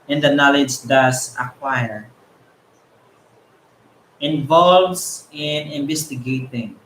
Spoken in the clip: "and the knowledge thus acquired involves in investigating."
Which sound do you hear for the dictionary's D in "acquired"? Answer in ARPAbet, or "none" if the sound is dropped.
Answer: none